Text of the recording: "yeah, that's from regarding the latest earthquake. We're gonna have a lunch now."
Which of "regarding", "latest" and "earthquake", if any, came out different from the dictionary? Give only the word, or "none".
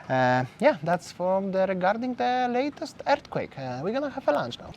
earthquake